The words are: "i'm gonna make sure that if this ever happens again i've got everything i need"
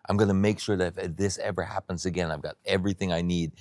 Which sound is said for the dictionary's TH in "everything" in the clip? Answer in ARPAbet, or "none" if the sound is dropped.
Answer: TH